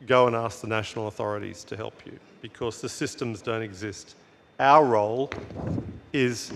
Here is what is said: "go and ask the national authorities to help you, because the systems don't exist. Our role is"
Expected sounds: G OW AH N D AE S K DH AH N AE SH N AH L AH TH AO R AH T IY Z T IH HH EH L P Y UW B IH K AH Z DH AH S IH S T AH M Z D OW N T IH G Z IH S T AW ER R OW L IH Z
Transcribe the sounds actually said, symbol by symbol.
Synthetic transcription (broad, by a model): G OW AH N AE S K DH AH N AE SH N L AH TH AO R AH T IY Z T IH HH EH L P Y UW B IH K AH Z DH AH S IH S T AH M Z D OW N T IH G Z IH S T AW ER R OW L IH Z